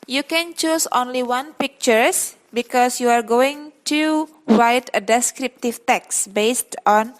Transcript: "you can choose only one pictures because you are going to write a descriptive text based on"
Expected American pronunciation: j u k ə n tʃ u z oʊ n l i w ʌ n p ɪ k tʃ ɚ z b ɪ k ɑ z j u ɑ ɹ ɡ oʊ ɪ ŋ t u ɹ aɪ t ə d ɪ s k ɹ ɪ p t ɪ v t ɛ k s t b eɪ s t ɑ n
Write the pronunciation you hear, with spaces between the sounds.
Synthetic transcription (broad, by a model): j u k ə n tʃ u s oʊ n l i w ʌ n p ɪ k tʃ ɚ s b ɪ k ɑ s j u ɑ ɹ ɡ oʊ ɪ ŋ t u ɹ aɪ t ə d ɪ s k ɹ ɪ p t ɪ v t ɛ k s b eɪ s t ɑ n